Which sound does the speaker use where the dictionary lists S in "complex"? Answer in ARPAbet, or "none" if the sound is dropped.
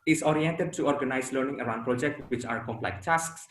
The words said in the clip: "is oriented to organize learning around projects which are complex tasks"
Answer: none